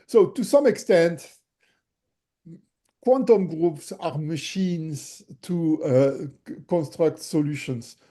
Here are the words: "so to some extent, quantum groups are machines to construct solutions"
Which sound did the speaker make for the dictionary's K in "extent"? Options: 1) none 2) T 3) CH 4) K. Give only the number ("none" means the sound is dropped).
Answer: 4